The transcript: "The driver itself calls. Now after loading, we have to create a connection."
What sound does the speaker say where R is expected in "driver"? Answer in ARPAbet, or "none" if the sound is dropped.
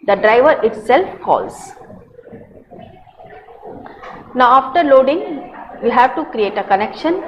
R